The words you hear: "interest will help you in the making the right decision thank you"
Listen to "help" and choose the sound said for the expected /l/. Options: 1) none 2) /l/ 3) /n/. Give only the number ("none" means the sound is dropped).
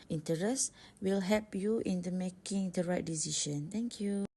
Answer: 1